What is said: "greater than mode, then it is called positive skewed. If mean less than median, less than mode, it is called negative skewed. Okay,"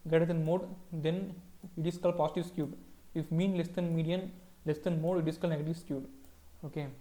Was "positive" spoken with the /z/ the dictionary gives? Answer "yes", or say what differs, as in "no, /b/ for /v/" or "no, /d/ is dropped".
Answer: no, /s/ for /z/